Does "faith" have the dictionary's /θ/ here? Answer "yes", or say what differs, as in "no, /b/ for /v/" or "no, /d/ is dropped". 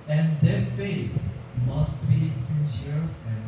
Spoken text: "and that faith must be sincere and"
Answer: no, /s/ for /θ/